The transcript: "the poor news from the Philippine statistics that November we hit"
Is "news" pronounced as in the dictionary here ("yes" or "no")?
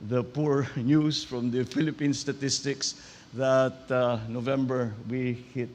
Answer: no